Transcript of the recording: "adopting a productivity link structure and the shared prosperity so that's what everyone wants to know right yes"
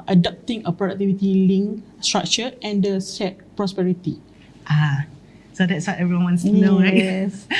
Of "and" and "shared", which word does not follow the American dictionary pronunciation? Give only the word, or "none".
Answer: shared